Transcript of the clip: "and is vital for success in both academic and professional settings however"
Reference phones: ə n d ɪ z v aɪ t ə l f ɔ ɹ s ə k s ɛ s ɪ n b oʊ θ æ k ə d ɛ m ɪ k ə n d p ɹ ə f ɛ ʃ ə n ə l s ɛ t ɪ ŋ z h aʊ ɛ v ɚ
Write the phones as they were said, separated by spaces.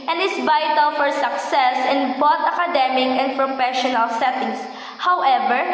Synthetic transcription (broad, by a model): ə n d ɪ s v aɪ t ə l f ɔ ɹ s ə k s ɛ s ɪ n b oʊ t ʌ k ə d ɛ m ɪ k ə n d p ɹ ə f ɛ ʃ ə n ə l s ɛ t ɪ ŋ s h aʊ ɛ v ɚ